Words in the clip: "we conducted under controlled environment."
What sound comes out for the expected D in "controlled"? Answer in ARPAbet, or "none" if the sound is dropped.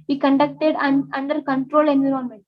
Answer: none